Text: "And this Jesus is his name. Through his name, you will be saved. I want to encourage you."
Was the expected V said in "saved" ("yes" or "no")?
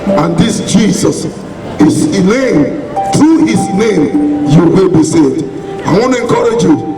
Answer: no